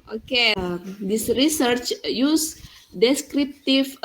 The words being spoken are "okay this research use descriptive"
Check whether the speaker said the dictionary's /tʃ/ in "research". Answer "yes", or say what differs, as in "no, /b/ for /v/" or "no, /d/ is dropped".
yes